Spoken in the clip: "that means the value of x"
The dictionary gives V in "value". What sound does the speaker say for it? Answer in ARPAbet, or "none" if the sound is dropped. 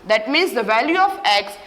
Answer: V